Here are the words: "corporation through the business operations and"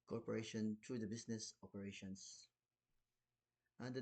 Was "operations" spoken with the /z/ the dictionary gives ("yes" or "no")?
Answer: no